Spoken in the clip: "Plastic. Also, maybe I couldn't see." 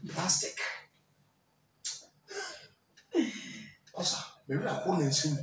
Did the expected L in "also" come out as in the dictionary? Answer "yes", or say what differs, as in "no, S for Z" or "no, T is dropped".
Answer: no, L is dropped